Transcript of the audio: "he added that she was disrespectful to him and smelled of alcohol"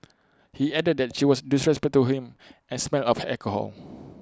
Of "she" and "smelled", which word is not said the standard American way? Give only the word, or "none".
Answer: smelled